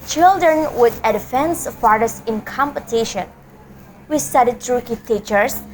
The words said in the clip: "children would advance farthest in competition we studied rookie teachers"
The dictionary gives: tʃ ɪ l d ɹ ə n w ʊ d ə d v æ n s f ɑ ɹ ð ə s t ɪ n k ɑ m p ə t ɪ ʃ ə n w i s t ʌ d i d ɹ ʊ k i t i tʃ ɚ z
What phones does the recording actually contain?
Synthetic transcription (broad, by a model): tʃ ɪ l d ɹ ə n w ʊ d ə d f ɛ n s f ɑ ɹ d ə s ɪ n k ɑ m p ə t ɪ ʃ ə n w i s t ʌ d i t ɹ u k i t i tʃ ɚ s